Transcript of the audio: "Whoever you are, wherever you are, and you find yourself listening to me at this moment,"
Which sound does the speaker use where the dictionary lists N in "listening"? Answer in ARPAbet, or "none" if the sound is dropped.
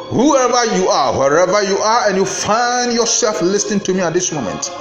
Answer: N